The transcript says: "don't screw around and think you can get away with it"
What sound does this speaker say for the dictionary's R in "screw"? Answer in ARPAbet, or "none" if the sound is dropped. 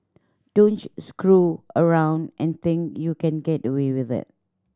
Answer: R